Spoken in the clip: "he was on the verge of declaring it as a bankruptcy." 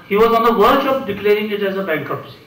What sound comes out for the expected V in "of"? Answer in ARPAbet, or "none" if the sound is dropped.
P